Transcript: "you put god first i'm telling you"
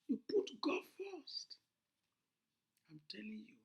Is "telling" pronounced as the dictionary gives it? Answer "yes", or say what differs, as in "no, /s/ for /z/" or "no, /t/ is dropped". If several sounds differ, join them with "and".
yes